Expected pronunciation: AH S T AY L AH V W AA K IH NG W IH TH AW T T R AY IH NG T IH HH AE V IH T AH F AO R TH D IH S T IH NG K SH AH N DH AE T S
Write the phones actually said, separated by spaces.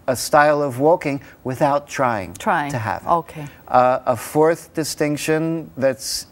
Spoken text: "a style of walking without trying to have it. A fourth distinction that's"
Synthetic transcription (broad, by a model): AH S T AY L AH V W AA K IH NG W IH TH AW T T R AY IH NG T IH HH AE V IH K AH F AO R TH D IH S T IH NG K SH AH N DH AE T S